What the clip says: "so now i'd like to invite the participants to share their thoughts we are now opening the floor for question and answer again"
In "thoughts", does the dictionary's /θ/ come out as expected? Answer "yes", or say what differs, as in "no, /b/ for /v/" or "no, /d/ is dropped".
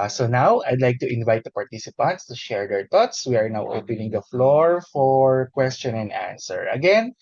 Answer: no, /t/ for /θ/